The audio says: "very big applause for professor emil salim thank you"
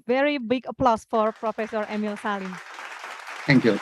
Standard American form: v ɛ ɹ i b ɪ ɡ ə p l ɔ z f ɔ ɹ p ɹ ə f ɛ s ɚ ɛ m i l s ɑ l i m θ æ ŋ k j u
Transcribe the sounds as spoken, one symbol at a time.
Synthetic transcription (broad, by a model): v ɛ ɹ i b ɪ ɡ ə p l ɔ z f ɔ ɹ p ɹ ə f ɛ s ɚ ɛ m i l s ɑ l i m t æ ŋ k j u